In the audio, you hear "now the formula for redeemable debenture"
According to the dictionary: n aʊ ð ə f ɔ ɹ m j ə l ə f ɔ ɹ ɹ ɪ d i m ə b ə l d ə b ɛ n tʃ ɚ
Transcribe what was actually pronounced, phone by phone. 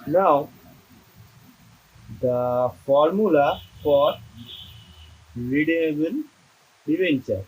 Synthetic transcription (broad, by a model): n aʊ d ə f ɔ ɹ m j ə l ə f ɔ ɹ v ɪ d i ə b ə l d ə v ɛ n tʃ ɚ